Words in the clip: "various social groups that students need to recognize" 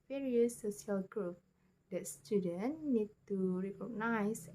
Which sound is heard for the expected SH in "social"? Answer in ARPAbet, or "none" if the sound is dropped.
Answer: none